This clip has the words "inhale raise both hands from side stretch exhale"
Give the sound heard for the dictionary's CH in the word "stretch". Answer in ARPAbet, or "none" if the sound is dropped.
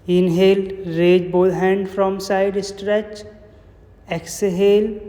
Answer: CH